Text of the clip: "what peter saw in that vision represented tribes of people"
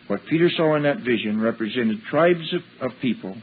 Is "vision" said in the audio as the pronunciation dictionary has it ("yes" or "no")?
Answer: yes